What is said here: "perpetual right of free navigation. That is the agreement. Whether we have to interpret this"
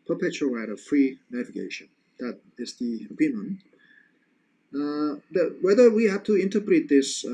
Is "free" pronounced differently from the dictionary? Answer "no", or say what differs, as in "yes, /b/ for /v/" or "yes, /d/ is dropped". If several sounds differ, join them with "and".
no